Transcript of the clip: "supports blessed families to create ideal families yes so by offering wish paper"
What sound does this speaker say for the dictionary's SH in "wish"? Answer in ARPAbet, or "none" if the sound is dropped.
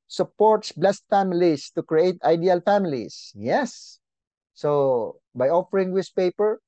S